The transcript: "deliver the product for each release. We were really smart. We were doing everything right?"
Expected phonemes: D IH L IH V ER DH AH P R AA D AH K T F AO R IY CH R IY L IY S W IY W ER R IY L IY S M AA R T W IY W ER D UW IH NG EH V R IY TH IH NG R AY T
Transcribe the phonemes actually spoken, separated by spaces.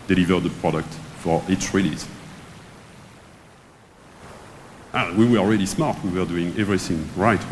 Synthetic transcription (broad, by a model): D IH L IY V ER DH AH P R AA D AH K T F AO R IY S R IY L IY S W IY W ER R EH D IY S M AA R T W IY W ER D UW IH NG EH V R IY TH IH NG R AY T